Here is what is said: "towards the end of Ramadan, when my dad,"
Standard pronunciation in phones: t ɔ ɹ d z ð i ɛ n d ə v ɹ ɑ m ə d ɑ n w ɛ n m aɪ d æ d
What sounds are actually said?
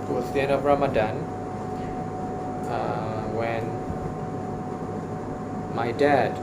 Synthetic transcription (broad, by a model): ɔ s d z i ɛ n ə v ɹ ɑ m ə d ɑ n w ɛ n m aɪ d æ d